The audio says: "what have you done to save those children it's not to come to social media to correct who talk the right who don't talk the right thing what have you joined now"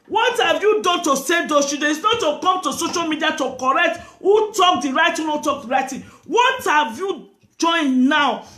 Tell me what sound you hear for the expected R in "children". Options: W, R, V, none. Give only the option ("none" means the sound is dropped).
none